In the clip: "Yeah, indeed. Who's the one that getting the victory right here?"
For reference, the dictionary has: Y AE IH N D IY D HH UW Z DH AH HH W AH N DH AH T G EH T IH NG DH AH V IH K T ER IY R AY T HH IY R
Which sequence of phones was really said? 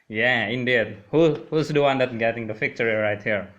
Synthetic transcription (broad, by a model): Y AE IH N D IY D HH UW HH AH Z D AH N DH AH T G EH T IH NG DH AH F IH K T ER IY R AY T HH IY R